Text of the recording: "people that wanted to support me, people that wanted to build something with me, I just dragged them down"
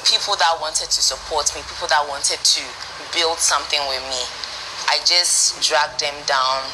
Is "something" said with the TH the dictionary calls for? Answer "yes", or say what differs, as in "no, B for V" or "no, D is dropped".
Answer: yes